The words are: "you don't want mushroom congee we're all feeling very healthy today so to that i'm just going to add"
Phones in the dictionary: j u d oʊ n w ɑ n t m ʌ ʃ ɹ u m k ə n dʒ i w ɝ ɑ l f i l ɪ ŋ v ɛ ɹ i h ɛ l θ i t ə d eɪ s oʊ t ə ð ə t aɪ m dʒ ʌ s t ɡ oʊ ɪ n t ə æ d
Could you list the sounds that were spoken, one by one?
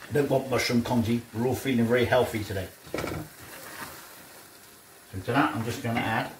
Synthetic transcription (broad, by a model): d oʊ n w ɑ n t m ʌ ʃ u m k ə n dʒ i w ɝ ɑ l f i l ɪ ŋ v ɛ l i h ɛ l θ i t ə d eɪ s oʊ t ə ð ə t aɪ m dʒ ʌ s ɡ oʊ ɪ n t ə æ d